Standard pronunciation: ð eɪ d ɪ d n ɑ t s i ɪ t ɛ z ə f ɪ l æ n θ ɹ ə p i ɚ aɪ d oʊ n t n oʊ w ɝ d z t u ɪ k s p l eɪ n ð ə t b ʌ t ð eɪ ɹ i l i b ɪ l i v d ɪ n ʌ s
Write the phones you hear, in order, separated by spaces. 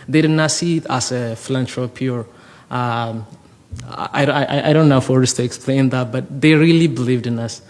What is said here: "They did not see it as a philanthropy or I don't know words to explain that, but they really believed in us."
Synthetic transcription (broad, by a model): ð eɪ d ɪ d n ɑ t s i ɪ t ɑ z ə f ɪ l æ n t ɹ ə p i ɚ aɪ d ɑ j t n oʊ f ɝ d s t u ɪ k s p l eɪ n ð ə t b ʌ t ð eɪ ɹ i l i b ɪ l i v d ɪ n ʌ s